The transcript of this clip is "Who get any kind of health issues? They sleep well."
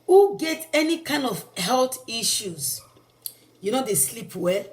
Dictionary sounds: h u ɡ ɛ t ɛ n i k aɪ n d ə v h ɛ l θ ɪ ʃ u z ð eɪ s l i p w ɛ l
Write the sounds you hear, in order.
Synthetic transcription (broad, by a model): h u ɡ ɛ t ɛ n i k aɪ n d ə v h ɛ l t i ʃ u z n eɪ s l i p w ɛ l